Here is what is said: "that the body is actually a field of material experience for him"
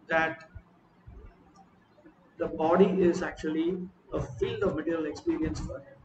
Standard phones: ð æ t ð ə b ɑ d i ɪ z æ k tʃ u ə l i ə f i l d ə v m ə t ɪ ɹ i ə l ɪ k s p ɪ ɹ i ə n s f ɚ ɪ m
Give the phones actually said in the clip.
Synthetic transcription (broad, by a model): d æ t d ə b ɑ d i ɪ z æ k tʃ u ə l i ə f i l d ə v m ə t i ɹ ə l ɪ k s p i ɹ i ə n s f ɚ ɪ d